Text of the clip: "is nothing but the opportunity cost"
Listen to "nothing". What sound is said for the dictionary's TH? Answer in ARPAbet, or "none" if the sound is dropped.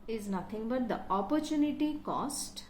T